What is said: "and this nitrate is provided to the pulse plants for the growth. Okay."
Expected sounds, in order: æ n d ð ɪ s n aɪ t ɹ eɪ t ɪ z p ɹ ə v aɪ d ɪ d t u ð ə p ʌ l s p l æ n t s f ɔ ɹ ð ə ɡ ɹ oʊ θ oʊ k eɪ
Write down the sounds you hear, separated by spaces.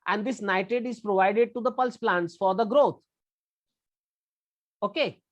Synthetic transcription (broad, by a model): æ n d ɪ s n aɪ t eɪ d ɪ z p ɹ ə v aɪ d ɪ d t u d ə p ʌ l s p l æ n t s f ɔ ɹ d ə ɡ ɹ oʊ t oʊ k eɪ